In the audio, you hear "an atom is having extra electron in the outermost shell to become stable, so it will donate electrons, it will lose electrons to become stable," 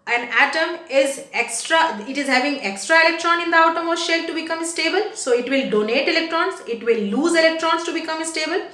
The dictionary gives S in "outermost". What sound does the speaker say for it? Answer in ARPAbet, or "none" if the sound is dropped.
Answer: none